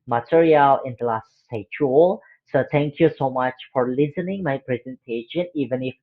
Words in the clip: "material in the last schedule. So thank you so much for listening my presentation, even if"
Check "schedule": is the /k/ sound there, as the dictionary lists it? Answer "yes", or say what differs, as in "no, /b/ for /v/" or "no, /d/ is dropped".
no, /k/ is dropped